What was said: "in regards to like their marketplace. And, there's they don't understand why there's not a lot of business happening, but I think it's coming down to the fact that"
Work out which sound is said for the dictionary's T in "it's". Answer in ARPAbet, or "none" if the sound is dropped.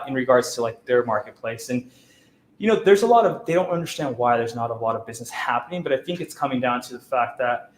T